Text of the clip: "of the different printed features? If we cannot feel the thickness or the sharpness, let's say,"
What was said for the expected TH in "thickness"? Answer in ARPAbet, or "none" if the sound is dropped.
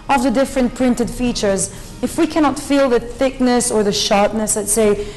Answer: TH